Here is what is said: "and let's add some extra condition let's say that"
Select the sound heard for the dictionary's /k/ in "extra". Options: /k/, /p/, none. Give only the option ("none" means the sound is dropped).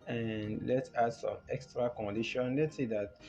/k/